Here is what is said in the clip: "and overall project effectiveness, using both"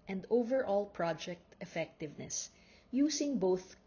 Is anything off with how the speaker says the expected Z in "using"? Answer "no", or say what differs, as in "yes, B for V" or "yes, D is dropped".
yes, S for Z